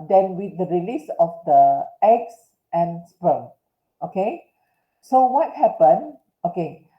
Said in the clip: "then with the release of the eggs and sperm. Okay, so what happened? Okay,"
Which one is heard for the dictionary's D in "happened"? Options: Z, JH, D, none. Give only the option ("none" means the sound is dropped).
none